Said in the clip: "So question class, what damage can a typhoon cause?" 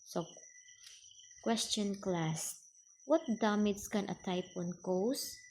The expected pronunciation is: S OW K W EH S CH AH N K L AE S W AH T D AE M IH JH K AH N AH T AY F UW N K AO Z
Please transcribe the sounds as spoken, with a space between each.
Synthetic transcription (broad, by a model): S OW K W EH S CH AH N K L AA S W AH T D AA M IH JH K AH N AH T AY P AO N K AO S